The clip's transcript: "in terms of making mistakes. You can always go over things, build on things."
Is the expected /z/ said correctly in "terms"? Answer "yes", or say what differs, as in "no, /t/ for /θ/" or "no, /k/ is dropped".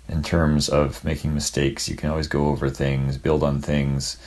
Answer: yes